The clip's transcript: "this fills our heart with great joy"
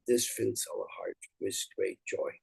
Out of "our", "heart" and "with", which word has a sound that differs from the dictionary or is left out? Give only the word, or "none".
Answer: our